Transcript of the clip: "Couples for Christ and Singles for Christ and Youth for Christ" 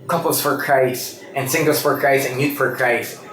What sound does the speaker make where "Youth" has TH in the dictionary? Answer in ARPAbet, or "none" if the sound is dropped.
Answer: T